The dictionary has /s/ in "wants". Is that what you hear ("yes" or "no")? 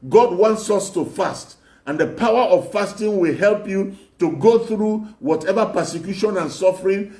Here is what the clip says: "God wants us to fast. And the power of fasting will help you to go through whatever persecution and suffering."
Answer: yes